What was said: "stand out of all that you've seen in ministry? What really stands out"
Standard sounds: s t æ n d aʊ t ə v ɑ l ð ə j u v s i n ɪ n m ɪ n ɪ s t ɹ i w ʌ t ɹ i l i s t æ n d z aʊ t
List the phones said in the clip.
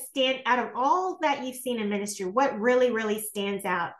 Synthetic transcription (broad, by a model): s t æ n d aʊ t ə v ɑ l ð ə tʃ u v s i n ɪ n m ɪ n ɪ s t ɹ i w ʌ t ɹ i l i s t æ n d z aʊ t